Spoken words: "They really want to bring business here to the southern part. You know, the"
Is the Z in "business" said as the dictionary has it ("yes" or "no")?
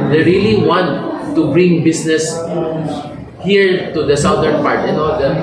no